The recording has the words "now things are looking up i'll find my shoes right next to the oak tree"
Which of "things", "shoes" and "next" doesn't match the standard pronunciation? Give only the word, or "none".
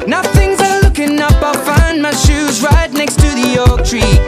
none